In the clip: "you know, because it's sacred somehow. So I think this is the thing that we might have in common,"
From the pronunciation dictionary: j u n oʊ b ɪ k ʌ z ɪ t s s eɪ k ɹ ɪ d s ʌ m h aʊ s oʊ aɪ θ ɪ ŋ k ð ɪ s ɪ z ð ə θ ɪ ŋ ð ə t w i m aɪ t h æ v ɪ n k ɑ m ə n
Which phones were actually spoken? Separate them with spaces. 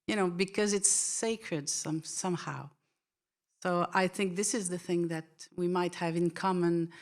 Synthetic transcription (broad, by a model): j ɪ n oʊ b ɪ k ʌ z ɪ t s s eɪ k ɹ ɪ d s ʌ m h aʊ s oʊ aɪ θ ɪ ŋ k ð ɪ s ɪ z ð ə θ ɪ ŋ ð ə t w i m aɪ t h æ v ɪ n k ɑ m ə n